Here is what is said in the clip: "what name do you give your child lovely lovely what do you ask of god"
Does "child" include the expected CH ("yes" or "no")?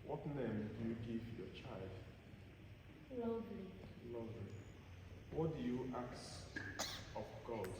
yes